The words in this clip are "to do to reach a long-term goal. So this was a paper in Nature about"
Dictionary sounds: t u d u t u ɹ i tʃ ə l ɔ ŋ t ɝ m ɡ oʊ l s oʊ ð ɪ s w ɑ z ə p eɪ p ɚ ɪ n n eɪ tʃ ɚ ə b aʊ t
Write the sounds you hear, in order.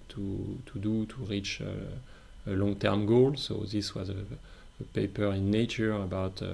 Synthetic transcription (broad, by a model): t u d u t u ɹ i tʃ ə l ɔ ŋ t ɝ m ɡ oʊ l s oʊ ð ɪ s w ɑ z ə p eɪ p ɚ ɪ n n eɪ tʃ ɚ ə b aʊ t